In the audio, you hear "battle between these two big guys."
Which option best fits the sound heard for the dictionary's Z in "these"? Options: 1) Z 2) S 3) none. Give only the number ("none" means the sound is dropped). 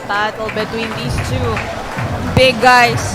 2